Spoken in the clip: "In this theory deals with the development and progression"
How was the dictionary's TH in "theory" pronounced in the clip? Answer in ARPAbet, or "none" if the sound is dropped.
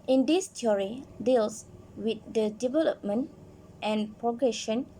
T